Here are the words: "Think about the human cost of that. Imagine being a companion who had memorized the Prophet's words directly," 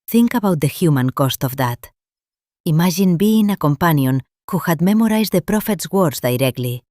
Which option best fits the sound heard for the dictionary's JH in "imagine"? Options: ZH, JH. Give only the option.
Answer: ZH